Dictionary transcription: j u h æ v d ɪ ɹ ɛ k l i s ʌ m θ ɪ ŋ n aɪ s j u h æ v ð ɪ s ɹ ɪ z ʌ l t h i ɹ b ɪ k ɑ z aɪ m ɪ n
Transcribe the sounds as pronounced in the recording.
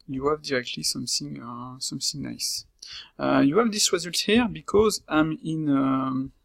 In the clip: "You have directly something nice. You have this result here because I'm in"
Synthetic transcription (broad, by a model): j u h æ v d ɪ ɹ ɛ k l i s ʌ m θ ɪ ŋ n aɪ s j u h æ v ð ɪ s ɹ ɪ z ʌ l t h i ɹ b ɪ k ɑ z aɪ m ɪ n